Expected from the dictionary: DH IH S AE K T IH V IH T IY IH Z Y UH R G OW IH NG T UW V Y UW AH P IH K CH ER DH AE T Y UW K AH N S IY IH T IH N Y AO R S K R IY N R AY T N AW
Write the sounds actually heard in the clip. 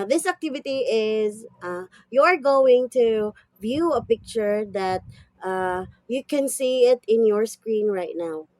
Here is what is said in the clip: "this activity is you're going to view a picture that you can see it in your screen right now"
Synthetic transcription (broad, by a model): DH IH S AE K T IH V IH T IY IH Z Y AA R G OW IH NG T UW V Y UW AH P IH K CH ER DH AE T Y UW K AH N S IY IH T IH N Y AO R S K R IY N R AY T N AW